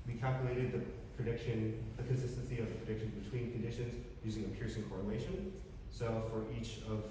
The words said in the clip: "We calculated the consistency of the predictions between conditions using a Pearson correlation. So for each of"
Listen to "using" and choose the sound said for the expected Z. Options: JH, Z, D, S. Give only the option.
Z